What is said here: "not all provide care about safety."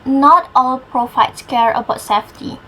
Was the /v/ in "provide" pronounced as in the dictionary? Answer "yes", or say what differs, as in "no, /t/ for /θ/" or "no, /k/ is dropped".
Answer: no, /f/ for /v/